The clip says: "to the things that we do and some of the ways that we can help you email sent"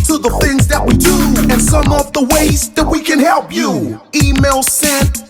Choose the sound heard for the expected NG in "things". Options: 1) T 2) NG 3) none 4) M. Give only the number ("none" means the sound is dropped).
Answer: 2